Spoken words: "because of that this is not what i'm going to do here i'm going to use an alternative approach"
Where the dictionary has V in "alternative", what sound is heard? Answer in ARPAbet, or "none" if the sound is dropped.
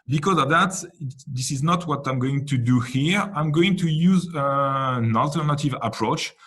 V